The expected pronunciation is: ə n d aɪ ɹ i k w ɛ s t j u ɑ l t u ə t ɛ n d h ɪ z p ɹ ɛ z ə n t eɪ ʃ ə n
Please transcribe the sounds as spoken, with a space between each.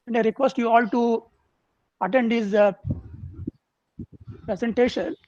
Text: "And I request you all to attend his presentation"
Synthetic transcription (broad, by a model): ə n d aɪ ɹ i k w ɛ s t j u ɑ l t u ə t ɛ n d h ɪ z p ɹ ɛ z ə n t eɪ ʃ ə n